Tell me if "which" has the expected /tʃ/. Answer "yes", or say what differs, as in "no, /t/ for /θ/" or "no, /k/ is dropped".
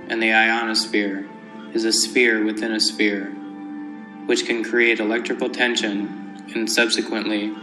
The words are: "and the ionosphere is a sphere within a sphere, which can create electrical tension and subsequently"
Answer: yes